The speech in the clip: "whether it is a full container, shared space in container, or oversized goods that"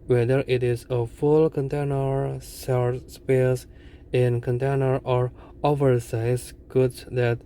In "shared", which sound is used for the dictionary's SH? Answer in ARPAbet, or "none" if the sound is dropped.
S